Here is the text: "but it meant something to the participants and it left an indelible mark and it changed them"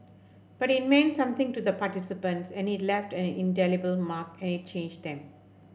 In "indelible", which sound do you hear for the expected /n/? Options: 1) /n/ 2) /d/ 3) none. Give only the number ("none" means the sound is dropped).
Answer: 1